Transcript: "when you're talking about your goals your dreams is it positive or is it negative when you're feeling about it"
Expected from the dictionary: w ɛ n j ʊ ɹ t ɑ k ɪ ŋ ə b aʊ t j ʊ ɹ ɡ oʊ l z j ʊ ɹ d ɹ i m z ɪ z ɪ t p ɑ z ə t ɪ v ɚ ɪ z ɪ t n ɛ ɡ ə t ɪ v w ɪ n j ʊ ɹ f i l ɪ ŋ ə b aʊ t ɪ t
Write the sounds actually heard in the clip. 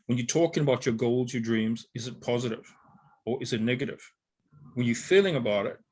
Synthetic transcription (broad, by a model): w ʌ n j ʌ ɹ t ɑ k ɪ ŋ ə b aʊ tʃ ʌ ɹ ɡ oʊ l z j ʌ ɹ d ɹ i m z ɪ z ɪ t p ɑ z ə t ɪ v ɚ ɪ z ɪ t n ɛ ɡ ə t ɪ v w ɪ n j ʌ ɹ f i l ɪ ŋ ə b aʊ t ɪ t